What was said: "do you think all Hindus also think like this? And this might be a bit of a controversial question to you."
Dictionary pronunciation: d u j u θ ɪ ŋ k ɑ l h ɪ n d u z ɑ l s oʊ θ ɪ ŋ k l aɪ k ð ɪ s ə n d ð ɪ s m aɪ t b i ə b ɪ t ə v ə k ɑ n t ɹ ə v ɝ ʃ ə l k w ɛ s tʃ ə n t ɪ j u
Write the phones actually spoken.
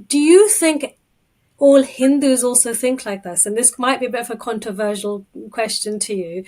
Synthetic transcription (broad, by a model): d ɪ j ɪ θ ɪ ŋ k ɑ l h ɪ n d u z ɑ l s oʊ θ ɪ ŋ k l aɪ k ð ɪ s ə n ð ɪ s m aɪ t b i ə b ɪ t ə v ə k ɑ n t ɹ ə v ɝ ʃ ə l k w ɛ s tʃ ə n t ɪ j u